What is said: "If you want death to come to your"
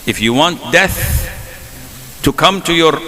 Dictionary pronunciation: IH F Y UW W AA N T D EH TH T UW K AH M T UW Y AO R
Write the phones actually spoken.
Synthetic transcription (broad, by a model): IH F Y UW W AA N T D EH TH T UW K AH M T UW Y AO R